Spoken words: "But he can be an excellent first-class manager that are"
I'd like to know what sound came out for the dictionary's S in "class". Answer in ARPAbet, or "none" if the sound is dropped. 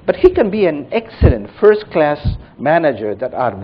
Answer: S